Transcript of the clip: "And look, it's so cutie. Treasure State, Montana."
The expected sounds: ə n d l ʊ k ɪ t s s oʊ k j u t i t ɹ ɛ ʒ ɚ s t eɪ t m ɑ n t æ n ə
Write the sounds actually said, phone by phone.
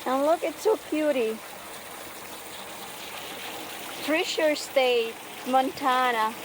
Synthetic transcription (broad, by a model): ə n l ʊ k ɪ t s s oʊ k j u t i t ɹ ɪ ʃ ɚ s t eɪ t m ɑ n t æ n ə